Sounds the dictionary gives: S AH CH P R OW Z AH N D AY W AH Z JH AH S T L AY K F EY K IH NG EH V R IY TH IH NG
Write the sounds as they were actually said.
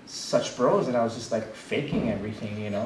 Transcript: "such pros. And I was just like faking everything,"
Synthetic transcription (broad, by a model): S AH CH B R OW Z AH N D AY W AH Z JH AH S T L AY K F EY K IH NG EH V R IY TH IH NG